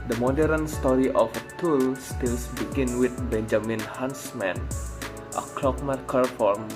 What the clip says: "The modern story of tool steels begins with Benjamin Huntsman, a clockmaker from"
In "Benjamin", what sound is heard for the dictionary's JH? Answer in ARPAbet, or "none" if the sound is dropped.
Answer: JH